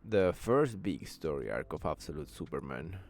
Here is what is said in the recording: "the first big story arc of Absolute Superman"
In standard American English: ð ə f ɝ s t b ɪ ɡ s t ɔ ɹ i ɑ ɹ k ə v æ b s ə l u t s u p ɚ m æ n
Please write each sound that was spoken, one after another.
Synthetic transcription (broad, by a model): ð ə f ɝ s t b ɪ ɡ s t ɔ ɹ i ɑ ɹ k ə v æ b s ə l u t s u p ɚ m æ n